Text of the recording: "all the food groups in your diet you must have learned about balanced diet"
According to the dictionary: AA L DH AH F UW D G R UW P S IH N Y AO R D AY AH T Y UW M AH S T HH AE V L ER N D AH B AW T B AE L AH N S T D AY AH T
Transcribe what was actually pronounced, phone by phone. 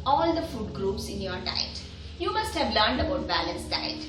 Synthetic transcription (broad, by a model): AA L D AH F UW D G R UW P S IH N Y AO R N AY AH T Y UW M AH S T HH AE V L ER N D AH B AW T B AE L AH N S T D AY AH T